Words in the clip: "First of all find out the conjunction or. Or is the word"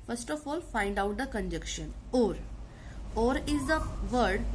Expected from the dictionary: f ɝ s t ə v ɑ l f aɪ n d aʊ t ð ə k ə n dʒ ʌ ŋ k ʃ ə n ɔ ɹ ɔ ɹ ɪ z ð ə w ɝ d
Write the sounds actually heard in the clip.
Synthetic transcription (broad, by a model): f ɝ s t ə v ɑ l f aɪ n d aʊ t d ə k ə n dʒ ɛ k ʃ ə n ɔ ɹ ɔ ɹ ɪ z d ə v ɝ d